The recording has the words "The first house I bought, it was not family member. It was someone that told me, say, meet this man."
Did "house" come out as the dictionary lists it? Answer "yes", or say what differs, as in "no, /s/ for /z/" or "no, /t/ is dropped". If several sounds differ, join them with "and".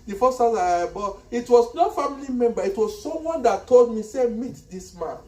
no, /s/ is dropped